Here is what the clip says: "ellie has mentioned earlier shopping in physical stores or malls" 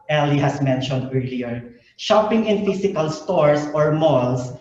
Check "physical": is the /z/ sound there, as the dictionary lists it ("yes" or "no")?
no